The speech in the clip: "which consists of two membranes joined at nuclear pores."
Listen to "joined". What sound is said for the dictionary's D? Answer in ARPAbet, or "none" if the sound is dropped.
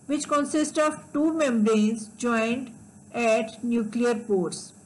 D